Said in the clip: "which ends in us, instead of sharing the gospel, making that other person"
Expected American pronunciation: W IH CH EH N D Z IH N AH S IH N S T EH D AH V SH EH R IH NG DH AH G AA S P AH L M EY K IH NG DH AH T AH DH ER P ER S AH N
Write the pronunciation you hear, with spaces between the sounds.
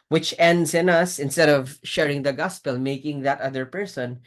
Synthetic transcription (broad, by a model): W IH CH EH N D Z IH N AH S IH N S T EH D AH V SH EH R IH NG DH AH G AA S P AH L M EY K IH NG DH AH T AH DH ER P ER S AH N